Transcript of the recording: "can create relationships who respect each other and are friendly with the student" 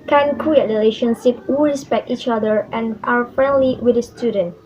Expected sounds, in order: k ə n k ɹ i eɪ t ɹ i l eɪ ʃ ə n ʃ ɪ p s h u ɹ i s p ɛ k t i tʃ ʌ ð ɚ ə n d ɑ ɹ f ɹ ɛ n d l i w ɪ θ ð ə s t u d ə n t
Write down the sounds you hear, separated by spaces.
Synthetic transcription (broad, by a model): k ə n k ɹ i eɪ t ɹ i l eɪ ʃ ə n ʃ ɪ p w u ɹ i s p ɛ k t i tʃ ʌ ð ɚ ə n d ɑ w f ɹ ɛ n d l i w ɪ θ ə s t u d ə n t